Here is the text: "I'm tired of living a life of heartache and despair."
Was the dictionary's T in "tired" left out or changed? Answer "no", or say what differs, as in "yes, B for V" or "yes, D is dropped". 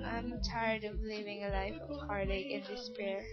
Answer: no